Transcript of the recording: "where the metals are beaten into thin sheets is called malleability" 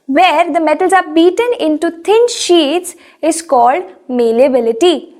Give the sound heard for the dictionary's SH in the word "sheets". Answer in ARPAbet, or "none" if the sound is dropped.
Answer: SH